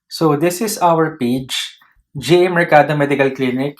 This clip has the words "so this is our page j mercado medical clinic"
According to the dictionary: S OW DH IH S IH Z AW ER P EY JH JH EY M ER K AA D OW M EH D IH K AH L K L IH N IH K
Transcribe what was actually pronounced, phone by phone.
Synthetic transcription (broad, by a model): S OW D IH S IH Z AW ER P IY CH JH EY M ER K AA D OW M EH D IH K AH L K L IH N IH K